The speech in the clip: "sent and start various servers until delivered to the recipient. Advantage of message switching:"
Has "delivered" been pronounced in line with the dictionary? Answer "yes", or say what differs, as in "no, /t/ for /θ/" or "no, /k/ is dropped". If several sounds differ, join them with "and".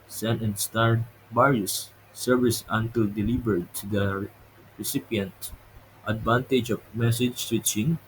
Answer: no, /b/ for /v/